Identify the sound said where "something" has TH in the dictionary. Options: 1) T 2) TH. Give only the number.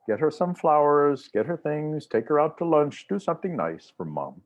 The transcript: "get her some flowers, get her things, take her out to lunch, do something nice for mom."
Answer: 2